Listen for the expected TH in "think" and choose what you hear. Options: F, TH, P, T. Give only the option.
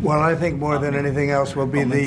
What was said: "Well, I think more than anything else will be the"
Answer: TH